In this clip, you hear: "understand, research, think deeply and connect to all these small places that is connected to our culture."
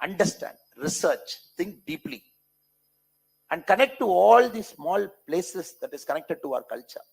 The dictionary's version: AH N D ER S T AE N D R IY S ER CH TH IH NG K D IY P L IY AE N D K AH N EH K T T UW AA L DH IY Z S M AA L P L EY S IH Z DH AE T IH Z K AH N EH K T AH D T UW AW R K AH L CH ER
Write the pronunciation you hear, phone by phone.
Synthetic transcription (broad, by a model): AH N D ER S T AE N D R IY S ER CH T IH NG K D IY P L IY AE N D K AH N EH K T T UW AA L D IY S M AA L P L EY S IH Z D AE T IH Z K AH N EH K T AH D T UW AW R K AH L CH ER